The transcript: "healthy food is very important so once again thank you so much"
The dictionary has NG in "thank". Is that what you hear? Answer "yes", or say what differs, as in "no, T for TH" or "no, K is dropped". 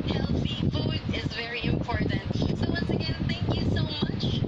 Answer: yes